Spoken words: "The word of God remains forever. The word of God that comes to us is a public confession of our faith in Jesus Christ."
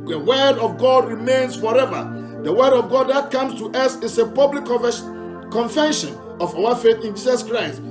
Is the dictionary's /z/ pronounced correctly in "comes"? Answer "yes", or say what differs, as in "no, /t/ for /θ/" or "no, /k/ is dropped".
no, /s/ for /z/